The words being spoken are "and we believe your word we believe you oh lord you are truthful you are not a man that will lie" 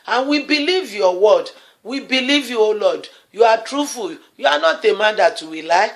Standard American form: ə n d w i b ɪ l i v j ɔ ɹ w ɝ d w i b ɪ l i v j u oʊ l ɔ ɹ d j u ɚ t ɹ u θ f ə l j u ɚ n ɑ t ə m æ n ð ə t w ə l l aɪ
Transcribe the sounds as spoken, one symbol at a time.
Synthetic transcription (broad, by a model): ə n w i b ɪ l i v j ɔ w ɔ d w i b ɪ l i v j u oʊ l ɔ d j u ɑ t ɹ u f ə l j u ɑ n ɑ t ə m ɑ n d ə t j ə w l aɪ